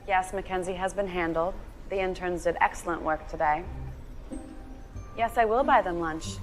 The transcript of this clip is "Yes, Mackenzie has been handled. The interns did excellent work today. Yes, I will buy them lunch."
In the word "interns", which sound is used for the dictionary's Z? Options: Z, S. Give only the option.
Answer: Z